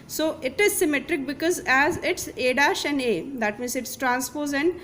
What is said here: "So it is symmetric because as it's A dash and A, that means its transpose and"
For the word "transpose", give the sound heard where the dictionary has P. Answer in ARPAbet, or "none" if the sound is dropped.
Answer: P